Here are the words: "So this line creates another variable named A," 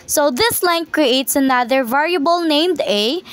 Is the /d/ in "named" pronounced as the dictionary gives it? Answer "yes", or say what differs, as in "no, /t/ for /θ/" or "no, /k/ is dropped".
yes